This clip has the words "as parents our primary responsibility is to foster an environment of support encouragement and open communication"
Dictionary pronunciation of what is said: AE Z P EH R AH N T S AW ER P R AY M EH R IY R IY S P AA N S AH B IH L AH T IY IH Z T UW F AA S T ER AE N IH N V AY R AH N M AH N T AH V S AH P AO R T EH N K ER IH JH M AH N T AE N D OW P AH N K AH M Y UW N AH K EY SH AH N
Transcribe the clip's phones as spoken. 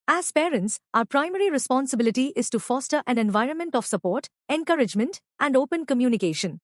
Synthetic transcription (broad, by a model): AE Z P EH R AH N T S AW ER P R AY M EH R IY R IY S P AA N S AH B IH L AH T IY IH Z T UW F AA S T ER AE N IH N V AY R AH N M AH N T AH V S AH P AO R T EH N K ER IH JH M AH N T AE N D OW P AH N K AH M Y UW N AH K EY SH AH N